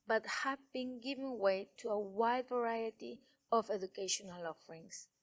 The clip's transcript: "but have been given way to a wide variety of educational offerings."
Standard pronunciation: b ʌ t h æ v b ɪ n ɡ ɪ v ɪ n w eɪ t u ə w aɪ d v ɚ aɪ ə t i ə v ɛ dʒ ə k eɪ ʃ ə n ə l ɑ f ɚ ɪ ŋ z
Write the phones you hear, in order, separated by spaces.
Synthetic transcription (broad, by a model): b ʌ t h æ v b ɪ n ɡ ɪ v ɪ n w eɪ t u ə w aɪ d v ɚ aɪ ə t i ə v ɛ dʒ ə k eɪ ʃ ə n ə l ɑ f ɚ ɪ ŋ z